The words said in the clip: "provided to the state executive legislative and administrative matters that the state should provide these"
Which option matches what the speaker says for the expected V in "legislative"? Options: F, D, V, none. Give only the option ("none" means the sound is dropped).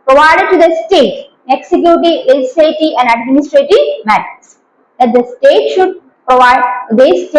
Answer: none